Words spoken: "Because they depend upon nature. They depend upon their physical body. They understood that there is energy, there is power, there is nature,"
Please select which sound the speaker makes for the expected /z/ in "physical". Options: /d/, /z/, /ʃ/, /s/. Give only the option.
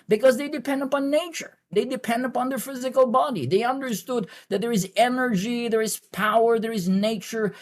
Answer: /z/